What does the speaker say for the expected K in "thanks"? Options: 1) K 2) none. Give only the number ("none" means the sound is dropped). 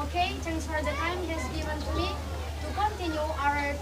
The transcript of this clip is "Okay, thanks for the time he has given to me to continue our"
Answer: 2